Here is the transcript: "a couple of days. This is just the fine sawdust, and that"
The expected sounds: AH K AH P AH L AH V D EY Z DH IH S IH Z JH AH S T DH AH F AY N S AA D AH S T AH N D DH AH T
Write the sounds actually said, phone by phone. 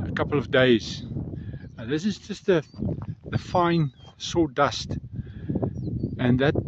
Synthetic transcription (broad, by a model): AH K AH P L AH V D EY Z DH IH S IH Z JH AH S T DH AH F AY N S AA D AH S T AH N DH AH T